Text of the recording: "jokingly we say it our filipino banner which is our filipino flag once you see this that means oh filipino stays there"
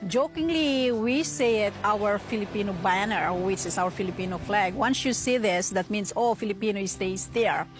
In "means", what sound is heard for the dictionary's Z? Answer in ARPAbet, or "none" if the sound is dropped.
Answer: S